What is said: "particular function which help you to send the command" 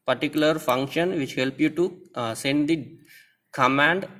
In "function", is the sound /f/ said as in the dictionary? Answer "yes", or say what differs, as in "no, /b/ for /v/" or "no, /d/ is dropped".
yes